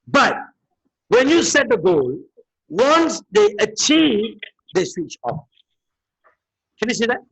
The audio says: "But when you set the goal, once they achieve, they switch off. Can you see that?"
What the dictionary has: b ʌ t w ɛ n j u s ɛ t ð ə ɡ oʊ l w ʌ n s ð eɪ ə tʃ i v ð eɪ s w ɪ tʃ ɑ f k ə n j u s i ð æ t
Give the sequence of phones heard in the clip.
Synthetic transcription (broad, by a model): b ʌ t w ɛ n j u s ɛ t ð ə ɡ oʊ l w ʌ n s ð eɪ ə tʃ i v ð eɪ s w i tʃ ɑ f k ə n j u s i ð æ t